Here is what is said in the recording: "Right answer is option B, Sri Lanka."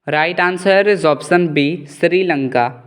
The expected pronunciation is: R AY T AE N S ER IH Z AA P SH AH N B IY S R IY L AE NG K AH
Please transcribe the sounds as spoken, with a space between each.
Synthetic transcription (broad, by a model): R AY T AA N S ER IH Z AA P S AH N B IY S R IY L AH NG K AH